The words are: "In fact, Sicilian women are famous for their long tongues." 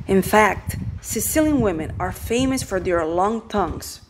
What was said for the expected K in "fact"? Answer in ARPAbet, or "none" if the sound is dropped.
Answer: K